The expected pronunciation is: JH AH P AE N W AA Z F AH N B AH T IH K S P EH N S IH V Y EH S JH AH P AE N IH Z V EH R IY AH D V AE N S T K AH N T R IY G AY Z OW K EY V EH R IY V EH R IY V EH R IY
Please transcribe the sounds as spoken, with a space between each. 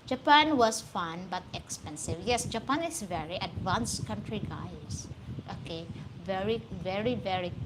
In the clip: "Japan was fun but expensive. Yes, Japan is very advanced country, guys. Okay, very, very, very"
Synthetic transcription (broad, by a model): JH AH P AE N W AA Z F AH N B AH T IH K S P EH N S IH V Y EH S JH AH P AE N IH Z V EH R IY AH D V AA N S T K AH N T R IY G AY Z OW K EY V EH R IY V EH R IY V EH R IY